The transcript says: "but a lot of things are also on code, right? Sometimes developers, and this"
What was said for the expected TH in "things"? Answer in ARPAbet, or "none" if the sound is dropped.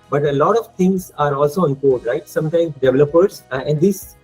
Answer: T